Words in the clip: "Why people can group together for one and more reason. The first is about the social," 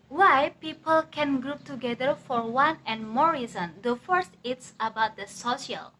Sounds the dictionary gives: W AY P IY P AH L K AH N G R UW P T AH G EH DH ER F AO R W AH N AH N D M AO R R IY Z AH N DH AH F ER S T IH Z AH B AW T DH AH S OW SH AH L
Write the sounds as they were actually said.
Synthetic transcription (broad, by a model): W AY P IY P AH L K AH N G R UW P T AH G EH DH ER F AO R W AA N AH N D M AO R R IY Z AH N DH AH F ER S T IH S AH B AW T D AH S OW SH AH L